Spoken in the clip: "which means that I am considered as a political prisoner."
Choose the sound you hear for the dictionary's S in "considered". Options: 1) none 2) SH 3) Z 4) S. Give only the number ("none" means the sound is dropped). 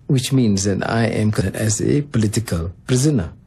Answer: 1